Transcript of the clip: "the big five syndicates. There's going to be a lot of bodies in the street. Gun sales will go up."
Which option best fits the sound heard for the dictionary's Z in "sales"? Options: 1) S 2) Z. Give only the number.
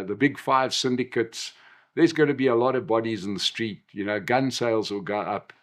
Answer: 2